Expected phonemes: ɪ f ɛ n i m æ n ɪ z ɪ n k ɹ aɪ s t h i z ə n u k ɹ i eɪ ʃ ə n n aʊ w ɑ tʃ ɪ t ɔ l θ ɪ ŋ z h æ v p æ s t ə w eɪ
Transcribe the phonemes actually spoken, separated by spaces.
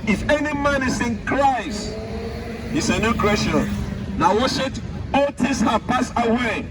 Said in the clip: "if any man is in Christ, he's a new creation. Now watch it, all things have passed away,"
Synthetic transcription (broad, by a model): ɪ f ɛ n i m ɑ n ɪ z ɪ n k ɹ aɪ s t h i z ə n u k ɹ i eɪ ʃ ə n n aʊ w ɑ ʃ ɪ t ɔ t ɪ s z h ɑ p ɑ s ə w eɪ